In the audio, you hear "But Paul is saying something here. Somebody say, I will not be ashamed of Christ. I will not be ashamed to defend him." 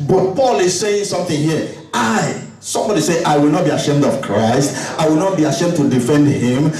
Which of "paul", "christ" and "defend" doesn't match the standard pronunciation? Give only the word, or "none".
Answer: none